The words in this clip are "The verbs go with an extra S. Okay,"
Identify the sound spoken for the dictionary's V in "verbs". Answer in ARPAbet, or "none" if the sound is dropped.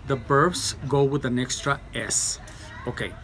B